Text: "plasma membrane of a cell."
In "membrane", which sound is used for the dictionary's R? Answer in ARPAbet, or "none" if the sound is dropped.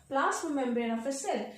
none